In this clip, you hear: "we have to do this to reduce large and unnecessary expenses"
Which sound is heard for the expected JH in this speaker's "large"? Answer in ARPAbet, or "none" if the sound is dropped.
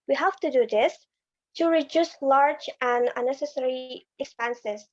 JH